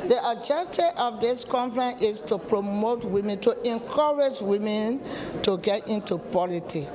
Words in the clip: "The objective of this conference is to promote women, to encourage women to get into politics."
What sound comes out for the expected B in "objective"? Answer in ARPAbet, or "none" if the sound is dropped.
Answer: none